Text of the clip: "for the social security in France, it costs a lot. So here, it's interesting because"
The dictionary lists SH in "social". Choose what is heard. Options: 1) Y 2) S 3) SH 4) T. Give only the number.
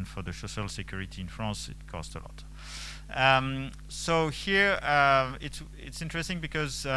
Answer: 2